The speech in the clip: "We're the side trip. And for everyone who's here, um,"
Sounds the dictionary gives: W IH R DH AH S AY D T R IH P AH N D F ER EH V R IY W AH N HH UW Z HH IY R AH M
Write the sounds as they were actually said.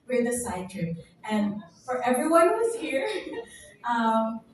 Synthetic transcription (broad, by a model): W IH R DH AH S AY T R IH AH N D F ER EH V R IY W AH N HH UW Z HH IY R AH M